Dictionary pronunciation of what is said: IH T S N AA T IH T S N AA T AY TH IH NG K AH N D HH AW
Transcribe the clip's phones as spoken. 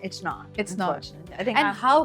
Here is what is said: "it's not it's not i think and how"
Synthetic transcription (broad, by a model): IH T S N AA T IH T S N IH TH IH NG AH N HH AW